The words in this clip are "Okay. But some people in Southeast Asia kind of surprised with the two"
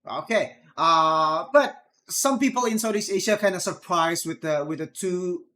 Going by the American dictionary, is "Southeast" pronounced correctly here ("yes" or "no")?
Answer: no